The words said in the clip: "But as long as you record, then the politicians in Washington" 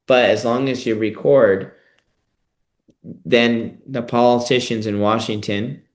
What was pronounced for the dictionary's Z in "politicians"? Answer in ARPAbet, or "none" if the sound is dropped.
Z